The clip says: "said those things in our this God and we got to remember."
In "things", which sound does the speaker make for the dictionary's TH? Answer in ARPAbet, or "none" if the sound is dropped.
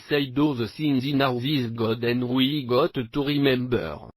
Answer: S